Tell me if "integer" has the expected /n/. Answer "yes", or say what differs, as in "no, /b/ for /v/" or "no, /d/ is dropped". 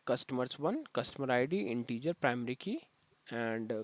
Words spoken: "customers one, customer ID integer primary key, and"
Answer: yes